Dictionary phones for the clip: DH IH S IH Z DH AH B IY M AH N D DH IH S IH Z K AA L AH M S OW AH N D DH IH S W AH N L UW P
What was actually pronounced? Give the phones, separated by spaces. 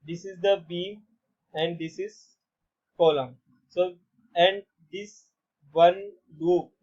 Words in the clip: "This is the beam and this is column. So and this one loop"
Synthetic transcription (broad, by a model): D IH S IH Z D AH B IY AH N D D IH S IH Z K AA L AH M S OW AH N D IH S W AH N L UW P